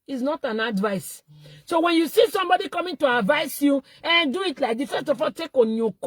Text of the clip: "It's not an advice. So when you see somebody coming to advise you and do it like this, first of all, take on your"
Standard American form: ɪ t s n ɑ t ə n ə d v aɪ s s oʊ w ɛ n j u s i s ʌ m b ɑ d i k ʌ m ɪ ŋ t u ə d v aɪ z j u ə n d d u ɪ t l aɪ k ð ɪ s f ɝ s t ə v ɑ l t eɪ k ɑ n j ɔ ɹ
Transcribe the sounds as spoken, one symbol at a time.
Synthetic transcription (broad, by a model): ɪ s n ɑ t ə n ə d v aɪ s s oʊ w ɛ n j u s i s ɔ m b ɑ d i k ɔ m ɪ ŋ t u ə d v aɪ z j u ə n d d u ɪ t l aɪ k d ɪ f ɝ s t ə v ɑ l t eɪ k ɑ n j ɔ